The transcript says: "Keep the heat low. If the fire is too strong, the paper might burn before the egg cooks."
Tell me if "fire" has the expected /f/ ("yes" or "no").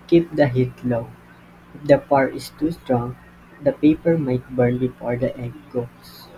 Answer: no